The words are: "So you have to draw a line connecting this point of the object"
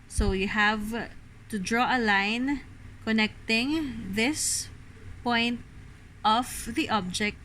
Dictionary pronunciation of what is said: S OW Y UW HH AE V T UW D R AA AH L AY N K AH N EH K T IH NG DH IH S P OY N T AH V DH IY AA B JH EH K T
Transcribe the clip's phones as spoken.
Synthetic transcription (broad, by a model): S OW Y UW HH AE V T UW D R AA AH L AY N K AH N EH K T IH NG DH IH S P OY N T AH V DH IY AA B JH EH K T